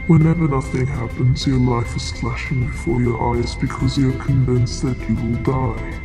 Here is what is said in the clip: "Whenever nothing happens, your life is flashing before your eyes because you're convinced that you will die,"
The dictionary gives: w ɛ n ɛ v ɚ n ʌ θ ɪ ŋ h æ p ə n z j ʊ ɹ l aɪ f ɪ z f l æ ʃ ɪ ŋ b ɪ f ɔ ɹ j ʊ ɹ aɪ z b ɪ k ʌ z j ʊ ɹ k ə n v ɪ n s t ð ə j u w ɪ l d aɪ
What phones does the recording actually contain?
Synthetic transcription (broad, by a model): w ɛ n ɛ v ɚ n ʌ θ ɪ ŋ h æ p ə n z j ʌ ɹ l aɪ f ɪ z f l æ ʃ ɪ ŋ b ɪ f ɔ ɹ j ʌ ɹ aɪ z b ɪ k ʌ z j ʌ ɹ k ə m v ɪ n s ð ə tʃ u w ɪ l d aɪ